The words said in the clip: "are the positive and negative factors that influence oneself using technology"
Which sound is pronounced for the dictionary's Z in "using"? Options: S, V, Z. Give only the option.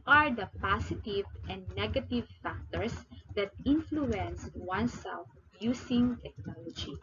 S